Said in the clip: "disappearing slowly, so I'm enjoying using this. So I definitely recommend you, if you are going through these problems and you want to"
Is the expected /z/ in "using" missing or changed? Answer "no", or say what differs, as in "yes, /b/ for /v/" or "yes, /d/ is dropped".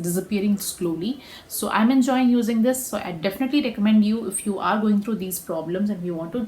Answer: no